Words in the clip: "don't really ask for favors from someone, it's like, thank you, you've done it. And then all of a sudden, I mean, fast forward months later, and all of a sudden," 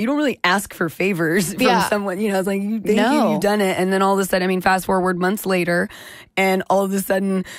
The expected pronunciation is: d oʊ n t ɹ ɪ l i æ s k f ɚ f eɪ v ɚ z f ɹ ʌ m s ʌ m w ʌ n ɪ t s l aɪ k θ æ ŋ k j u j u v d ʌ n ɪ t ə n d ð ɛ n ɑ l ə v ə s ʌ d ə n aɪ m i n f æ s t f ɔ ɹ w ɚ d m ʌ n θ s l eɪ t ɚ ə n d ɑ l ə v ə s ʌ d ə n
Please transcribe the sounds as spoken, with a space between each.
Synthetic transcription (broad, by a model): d oʊ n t ɹ ɪ l i æ s k f ɚ f eɪ v ɚ z f ɹ ʌ m s ʌ m w ʌ n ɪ t s l aɪ k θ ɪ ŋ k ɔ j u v d ʌ n ɪ t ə n ð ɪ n ɑ l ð ə s ʌ d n aɪ m i n f æ s t f ɔ ɹ w ɚ d m ʌ n θ s l eɪ t ɚ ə n ɑ l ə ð ə s ʌ d n